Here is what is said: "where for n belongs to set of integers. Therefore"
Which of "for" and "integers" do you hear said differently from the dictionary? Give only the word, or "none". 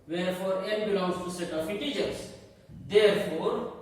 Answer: integers